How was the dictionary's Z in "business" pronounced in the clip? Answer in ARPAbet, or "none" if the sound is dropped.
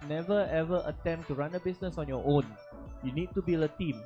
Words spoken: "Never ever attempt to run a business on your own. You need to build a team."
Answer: S